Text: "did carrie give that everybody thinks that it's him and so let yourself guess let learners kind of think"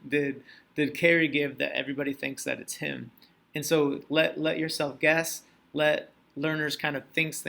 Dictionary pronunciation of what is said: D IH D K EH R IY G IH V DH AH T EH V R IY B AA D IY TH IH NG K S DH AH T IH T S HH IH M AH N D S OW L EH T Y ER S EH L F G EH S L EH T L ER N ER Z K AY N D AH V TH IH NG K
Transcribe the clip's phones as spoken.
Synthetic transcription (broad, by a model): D IH D K EH R IY G IH V DH AH T EH V R IY B AA D IY TH IH NG K S DH AH T IH T S HH IH M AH N S OW L EH T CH ER S EH L F G EH S L EH T L ER N ER Z K AY N D AH V TH IH NG K